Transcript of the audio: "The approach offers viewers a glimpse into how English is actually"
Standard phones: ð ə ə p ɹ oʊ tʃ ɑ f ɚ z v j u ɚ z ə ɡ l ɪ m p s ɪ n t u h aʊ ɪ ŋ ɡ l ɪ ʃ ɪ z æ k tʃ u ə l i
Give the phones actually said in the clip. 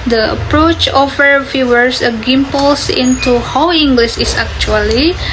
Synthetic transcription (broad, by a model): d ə ə p ɹ oʊ tʃ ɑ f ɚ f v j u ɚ s ə ɡ ɪ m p s ɪ n t u h aʊ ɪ ŋ ɡ l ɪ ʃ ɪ s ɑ k tʃ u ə l i